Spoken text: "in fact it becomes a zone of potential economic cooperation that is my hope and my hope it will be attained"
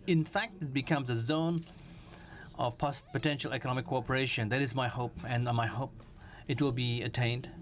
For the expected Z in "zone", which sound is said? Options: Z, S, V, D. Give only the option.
Z